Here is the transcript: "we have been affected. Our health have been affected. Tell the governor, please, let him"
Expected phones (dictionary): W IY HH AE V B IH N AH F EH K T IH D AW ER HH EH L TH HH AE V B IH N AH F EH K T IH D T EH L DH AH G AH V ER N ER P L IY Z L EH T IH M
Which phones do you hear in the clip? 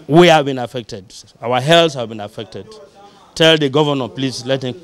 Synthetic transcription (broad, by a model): W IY HH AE V B IH N AH F EH K T IH D AW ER HH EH L S HH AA V B IH N AH F EH K T IH D T EH L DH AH G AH V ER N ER P L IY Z L EH T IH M